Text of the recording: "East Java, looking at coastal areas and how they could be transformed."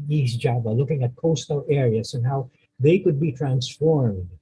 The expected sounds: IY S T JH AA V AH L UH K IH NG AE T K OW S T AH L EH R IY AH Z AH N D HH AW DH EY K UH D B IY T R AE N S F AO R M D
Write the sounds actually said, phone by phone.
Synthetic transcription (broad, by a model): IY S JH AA B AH L UH K IH NG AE T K OW S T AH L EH R IY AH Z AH N HH AW DH EY K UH D B IY T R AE N S F AO R M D